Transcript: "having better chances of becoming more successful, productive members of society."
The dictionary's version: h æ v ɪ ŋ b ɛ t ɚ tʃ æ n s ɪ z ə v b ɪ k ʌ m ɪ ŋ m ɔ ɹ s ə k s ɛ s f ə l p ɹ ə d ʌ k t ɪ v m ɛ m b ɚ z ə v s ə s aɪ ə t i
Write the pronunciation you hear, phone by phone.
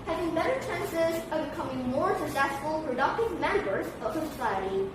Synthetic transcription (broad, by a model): h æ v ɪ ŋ b ɛ t ɚ tʃ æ n s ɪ z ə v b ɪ k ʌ m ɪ ŋ m ɔ ɹ s ə k s ɛ s f ə l p ɹ ə d ʌ k t ɪ v m ɛ m b ɚ z ə v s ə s aɪ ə t i